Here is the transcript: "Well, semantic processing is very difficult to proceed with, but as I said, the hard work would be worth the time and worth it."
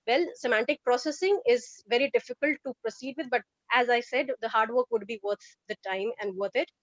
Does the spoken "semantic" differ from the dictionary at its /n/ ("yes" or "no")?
no